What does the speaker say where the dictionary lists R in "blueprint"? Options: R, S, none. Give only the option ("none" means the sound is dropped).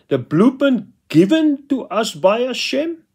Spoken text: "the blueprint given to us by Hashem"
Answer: none